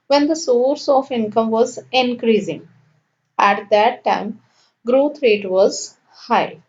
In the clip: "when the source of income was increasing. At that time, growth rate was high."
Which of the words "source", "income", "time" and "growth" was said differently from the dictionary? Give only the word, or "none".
growth